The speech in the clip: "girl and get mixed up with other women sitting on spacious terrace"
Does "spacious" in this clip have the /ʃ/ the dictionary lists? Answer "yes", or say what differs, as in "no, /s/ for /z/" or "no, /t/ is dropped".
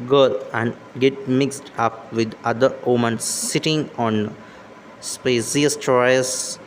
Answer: no, /s/ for /ʃ/